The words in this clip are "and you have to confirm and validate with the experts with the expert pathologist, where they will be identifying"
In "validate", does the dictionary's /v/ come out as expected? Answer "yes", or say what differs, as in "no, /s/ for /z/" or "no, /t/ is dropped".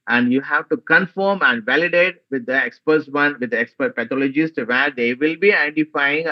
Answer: yes